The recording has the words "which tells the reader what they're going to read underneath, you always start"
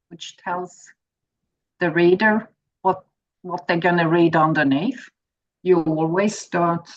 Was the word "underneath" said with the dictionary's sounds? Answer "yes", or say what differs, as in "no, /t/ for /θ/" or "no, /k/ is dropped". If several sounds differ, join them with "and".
no, /f/ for /θ/